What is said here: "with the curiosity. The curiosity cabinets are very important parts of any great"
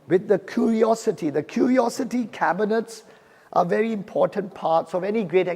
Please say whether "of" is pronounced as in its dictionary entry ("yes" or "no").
yes